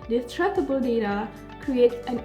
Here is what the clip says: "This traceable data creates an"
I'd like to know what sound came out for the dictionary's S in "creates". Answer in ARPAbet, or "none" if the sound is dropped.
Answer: none